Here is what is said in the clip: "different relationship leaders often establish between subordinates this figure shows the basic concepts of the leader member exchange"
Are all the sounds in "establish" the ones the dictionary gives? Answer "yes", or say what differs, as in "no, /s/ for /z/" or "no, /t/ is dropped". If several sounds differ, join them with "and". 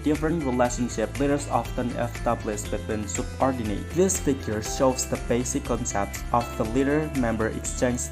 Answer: no, /s/ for /ʃ/